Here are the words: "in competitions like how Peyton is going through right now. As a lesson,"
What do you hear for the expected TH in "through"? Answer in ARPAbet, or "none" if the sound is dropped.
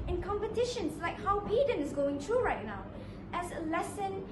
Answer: T